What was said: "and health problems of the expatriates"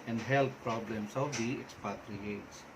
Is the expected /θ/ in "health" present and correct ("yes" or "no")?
no